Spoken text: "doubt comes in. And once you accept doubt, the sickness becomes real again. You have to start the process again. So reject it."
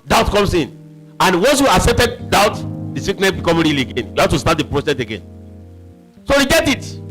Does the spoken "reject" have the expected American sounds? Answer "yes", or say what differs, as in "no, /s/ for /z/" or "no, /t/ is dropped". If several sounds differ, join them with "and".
no, /k/ is dropped